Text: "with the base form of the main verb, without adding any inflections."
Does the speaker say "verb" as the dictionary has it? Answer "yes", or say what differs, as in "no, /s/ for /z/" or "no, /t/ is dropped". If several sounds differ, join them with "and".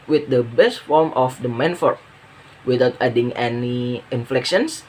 no, /f/ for /v/